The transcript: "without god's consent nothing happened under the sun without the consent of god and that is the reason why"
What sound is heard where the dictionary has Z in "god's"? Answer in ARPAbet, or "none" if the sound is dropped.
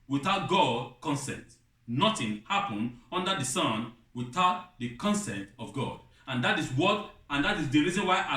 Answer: none